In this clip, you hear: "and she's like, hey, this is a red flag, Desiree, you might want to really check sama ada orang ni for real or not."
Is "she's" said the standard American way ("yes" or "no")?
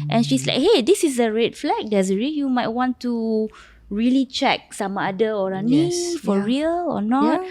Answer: no